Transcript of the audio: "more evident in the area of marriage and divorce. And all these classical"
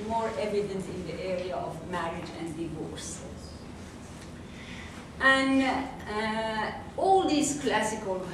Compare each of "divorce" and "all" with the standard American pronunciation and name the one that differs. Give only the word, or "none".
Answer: none